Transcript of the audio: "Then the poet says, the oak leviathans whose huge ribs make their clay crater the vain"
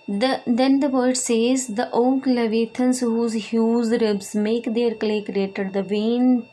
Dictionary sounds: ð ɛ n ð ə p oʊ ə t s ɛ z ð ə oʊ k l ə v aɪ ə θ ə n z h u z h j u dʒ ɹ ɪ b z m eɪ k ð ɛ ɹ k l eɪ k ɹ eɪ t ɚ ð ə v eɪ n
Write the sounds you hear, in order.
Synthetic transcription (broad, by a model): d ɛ n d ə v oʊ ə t s ɛ z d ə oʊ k l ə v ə t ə n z h u z h j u z ɹ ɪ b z m eɪ k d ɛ ɹ k l eɪ k ɹ eɪ t ɚ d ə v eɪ n